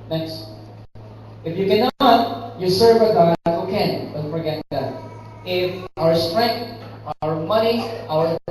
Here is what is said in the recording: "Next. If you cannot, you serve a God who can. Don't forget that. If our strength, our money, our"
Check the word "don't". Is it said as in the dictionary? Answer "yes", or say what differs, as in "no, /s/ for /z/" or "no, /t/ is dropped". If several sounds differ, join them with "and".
no, /l/ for /n/